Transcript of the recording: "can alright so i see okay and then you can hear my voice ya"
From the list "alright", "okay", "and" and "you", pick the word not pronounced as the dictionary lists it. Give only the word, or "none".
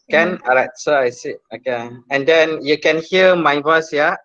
alright